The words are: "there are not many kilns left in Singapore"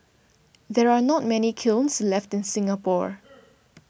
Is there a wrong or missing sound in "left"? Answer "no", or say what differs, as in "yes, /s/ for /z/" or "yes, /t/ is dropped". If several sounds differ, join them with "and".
no